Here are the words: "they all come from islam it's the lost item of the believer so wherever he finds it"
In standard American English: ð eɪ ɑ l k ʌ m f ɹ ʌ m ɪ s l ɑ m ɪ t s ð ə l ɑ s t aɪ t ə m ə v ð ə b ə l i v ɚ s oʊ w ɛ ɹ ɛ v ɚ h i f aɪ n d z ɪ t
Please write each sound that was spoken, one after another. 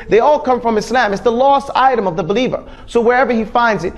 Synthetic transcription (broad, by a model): ð eɪ ɑ l k ʌ m f ɹ ʌ m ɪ s l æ m ɪ t s ð ə l ɑ s t aɪ t ə m ə v ð ə b ə l i v ɚ s oʊ w ɛ ɹ ɛ v ɚ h i f aɪ n d z ɪ t